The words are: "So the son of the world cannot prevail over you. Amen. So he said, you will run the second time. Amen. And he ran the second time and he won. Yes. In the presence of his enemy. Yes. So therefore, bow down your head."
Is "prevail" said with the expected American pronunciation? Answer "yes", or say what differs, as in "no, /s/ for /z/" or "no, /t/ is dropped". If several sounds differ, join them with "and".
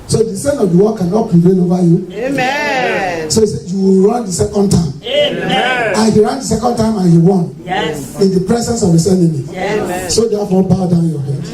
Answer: no, /n/ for /l/